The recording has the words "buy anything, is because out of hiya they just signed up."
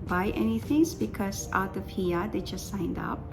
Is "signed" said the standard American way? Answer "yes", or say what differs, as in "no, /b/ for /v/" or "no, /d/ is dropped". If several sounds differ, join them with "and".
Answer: yes